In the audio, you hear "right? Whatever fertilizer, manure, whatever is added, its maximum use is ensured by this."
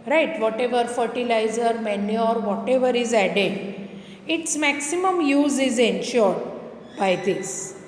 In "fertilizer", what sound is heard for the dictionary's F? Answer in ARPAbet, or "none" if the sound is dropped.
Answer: F